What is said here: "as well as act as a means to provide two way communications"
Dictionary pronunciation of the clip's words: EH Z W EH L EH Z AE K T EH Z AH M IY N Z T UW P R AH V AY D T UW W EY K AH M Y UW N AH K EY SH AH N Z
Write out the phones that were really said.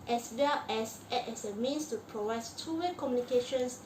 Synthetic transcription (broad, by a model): EH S W EH L EH S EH T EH S AH M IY N S T UW P R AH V AY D T UW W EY K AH M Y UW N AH K EY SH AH N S